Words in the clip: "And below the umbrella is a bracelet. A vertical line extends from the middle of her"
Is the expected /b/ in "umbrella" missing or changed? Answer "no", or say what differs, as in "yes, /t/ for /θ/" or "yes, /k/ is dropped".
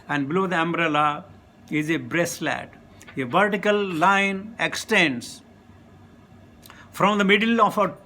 no